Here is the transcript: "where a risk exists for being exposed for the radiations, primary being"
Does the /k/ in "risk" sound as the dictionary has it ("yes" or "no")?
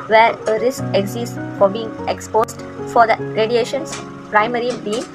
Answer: yes